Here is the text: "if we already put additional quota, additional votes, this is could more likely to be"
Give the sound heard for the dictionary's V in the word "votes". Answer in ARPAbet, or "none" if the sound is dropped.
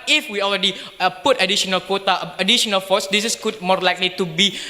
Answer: F